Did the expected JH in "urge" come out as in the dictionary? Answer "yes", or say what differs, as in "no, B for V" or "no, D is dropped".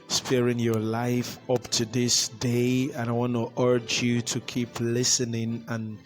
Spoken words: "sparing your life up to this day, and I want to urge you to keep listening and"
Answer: yes